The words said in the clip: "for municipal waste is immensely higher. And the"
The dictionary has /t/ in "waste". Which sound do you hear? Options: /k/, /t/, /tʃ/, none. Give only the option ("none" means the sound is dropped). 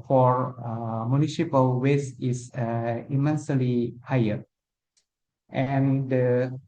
none